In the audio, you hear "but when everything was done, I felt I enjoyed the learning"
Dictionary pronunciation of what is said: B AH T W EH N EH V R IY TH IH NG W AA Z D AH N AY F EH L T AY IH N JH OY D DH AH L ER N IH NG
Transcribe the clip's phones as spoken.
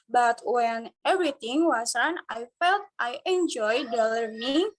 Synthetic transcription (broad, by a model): B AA T W EH N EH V R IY T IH NG W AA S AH N AY F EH L T AY IH N JH OY D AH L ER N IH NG